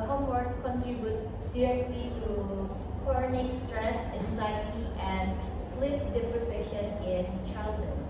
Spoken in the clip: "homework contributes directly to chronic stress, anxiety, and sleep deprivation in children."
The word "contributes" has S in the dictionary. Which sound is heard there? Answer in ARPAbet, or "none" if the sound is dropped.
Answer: none